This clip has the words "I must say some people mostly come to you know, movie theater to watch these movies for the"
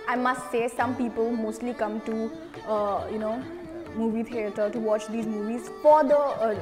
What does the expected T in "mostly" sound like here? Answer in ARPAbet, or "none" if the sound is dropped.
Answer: T